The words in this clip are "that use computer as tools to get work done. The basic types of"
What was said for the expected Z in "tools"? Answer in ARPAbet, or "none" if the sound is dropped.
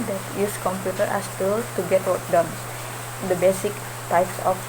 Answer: none